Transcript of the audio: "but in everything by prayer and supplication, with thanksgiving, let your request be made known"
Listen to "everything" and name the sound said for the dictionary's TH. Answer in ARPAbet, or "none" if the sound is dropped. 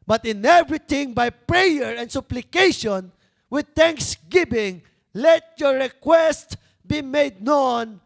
T